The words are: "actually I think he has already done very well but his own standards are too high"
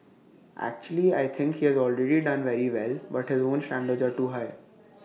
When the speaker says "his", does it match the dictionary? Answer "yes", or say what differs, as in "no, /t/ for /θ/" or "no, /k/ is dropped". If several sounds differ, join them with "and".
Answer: yes